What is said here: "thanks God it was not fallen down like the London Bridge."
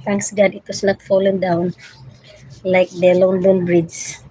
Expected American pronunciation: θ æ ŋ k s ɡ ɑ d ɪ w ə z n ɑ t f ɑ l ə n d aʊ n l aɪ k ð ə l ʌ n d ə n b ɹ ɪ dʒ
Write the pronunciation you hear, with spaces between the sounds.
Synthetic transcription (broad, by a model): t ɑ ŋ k s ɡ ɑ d ɪ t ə s n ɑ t f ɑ l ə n d aʊ n l aɪ k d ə l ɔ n d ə n b ɹ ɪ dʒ